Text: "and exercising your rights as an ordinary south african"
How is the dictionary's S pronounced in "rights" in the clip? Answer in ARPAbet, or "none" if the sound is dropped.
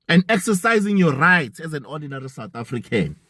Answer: none